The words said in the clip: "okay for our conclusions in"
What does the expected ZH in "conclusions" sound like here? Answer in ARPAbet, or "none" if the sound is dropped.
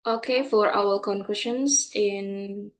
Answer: SH